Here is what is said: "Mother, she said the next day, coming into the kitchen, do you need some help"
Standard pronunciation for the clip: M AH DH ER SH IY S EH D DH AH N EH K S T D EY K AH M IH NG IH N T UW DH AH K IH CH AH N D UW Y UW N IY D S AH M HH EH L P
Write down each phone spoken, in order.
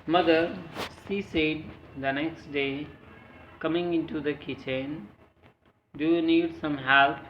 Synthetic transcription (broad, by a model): M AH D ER S IY S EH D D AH N EH K S T D EY K AH M IH NG IH N T UW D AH K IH CH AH N D UW Y UW N IY D S AH M HH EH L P